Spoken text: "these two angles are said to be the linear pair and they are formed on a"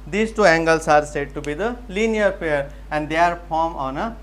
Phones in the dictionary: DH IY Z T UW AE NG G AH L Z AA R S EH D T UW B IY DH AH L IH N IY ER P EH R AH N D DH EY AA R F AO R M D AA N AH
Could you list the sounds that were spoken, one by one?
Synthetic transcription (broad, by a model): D IY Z T UW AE NG G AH L S AA R S EH D T UW B IY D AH L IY N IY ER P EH R AH N D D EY R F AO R M AA N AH